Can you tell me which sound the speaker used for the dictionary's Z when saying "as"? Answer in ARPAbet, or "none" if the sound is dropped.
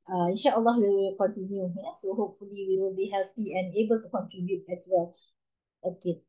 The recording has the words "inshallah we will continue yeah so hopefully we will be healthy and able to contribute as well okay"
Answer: S